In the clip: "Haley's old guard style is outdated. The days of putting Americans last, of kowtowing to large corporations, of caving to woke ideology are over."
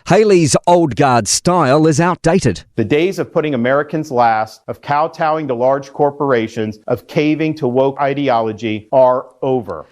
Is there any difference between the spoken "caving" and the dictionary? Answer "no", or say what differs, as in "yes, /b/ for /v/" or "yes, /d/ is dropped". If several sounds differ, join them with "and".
no